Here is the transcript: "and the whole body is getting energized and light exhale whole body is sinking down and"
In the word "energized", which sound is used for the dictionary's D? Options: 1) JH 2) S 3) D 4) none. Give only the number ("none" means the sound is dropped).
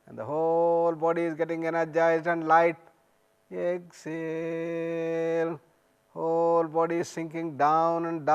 4